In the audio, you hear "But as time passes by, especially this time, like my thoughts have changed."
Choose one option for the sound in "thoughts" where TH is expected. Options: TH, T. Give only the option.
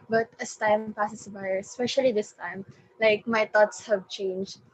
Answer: T